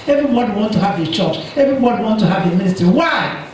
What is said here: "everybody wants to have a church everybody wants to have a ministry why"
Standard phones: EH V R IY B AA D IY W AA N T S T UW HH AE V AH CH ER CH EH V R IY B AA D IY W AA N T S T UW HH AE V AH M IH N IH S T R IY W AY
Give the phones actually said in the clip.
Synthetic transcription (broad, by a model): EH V R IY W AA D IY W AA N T T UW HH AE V AH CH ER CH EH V R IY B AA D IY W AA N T T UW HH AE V AH M IH N IH S T R IY W AY